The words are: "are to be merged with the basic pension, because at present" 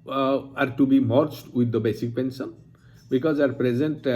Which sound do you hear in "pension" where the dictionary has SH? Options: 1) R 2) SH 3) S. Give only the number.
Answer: 3